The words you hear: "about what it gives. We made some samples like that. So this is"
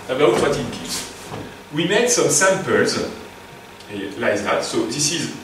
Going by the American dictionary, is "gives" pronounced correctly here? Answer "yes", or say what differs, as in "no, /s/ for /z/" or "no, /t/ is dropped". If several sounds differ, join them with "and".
no, /v/ is dropped